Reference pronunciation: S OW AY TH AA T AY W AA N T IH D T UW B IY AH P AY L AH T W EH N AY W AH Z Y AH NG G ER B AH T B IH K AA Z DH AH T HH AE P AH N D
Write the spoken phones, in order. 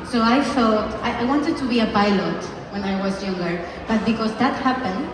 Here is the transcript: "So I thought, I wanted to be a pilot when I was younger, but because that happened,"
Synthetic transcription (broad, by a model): S OW AY T AA T AY W AA N T IH D T UW B IY AH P AY L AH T W EH N AY W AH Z Y AH NG G ER B AH T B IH K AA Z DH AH T HH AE P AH N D